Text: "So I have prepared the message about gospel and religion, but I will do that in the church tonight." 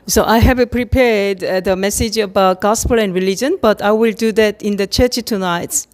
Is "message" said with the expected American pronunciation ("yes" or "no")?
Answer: yes